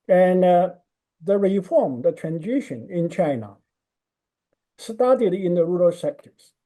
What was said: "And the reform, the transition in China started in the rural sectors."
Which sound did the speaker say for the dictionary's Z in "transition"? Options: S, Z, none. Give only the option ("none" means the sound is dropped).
Z